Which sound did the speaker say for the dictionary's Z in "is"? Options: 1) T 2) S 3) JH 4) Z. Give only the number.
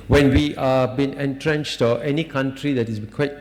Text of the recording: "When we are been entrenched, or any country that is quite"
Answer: 2